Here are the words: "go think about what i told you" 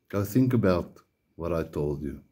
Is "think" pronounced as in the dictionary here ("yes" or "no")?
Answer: yes